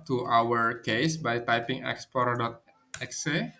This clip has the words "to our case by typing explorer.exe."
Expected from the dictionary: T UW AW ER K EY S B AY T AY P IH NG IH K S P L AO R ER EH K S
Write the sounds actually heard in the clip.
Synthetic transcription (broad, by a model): T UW AW ER K EY S B AY T AY P IH NG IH K S P AO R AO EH K S